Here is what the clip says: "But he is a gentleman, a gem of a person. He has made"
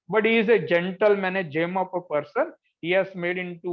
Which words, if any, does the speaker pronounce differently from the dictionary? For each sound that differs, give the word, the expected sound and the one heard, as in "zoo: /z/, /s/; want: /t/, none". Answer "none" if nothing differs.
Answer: of: /v/, /p/